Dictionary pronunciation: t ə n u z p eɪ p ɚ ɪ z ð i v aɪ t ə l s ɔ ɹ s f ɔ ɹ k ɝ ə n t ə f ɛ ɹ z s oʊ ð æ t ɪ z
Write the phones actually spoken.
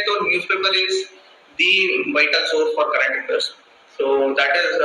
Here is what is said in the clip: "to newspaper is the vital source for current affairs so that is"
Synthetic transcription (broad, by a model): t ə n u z p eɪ p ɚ ɪ z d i v aɪ t ə l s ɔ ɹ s f ɔ ɹ k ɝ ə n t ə p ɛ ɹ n s oʊ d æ t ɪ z